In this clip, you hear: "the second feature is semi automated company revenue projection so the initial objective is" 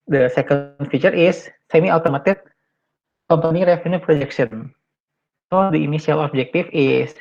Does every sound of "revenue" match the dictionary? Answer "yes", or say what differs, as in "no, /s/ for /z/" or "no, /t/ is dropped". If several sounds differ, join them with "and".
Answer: no, /f/ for /v/